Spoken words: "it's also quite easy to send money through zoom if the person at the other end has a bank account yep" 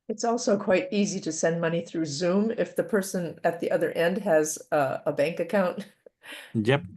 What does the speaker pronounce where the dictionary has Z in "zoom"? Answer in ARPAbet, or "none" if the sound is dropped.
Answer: Z